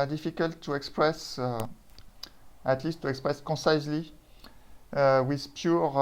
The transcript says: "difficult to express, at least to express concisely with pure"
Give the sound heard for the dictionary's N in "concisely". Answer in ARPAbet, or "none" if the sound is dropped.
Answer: none